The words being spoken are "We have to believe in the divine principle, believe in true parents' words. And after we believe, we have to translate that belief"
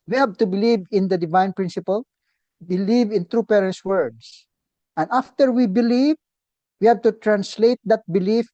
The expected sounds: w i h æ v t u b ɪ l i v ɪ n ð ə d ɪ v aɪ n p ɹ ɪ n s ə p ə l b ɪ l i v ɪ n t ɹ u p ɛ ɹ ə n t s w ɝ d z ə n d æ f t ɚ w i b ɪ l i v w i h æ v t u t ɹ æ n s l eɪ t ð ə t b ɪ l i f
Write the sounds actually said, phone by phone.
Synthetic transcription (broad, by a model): w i h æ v t u b ɪ l i v ɪ n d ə d ɪ v aɪ n p ɹ ɪ n s ə p ə l b ɪ l i v ɪ n t ɹ u p ɛ ɹ ə n t s w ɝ d s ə n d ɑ f t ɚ w i b ɪ l i v w i h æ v t u t ɹ æ n s l eɪ t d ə t b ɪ l i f